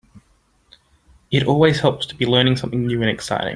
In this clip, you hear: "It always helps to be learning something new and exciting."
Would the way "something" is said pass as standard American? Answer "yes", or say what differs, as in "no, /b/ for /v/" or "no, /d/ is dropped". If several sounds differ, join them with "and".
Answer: yes